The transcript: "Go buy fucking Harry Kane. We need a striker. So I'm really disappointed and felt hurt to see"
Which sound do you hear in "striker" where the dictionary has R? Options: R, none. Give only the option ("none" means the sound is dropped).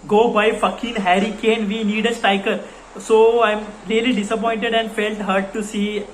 none